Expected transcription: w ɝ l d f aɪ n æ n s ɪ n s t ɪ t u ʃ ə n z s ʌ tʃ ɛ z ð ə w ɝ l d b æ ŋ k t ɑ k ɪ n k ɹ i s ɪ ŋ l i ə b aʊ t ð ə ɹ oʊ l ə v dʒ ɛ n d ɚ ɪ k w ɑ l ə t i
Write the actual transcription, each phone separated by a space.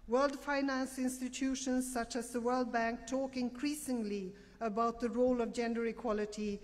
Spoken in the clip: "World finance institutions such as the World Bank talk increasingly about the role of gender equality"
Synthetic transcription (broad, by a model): w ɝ l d f aɪ n æ n s ɪ n s t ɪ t u ʃ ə n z s ʌ tʃ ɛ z ð ə w ɝ l d b æ ŋ k t ɑ k ɪ n k ɹ i s ɪ ŋ l i ə b aʊ t ð ə ɹ oʊ l ə v dʒ ɛ n d ɚ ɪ k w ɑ l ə t i